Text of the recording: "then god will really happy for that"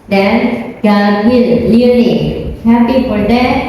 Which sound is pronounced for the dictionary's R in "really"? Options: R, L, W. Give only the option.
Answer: L